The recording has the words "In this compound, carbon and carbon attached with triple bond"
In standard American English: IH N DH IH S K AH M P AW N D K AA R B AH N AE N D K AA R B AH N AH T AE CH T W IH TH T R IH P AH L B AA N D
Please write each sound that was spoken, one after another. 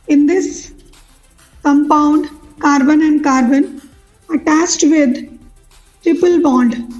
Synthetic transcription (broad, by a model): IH N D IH S K AH M P AW N D K AA R B AH N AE N D K AA R B AH N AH T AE S T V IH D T R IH P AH L B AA N D